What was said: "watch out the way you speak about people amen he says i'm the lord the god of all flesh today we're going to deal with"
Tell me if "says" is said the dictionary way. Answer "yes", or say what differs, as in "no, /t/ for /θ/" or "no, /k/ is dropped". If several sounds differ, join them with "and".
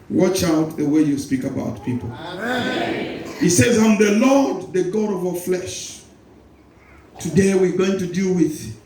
yes